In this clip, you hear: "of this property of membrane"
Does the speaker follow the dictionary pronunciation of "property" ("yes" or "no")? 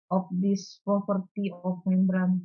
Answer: no